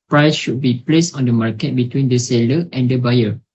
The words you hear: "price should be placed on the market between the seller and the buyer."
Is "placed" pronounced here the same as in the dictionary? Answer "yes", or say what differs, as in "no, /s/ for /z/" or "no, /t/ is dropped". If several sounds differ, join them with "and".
yes